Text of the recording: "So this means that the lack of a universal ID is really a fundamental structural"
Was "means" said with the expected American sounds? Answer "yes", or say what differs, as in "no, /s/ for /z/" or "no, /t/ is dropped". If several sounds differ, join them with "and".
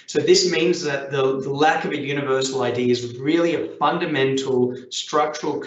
yes